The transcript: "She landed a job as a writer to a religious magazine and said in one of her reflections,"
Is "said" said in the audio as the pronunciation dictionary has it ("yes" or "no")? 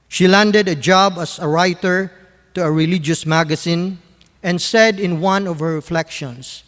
yes